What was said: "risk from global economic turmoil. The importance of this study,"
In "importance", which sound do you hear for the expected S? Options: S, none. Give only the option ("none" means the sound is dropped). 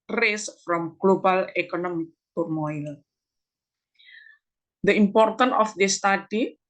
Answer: none